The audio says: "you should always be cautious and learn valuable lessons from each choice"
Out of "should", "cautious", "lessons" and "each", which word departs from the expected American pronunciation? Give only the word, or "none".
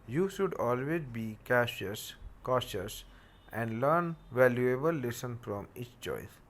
lessons